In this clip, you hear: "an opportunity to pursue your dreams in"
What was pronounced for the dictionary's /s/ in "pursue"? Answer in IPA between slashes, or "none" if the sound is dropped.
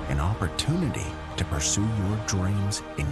/s/